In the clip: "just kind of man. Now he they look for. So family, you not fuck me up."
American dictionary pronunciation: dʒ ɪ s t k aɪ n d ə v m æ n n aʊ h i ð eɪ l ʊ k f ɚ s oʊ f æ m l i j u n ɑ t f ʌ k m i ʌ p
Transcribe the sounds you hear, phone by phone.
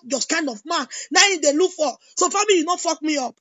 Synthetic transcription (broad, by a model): dʒ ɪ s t k aɪ n d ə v m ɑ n n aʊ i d eɪ l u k f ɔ s oʊ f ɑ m i j u n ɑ f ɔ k m i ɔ p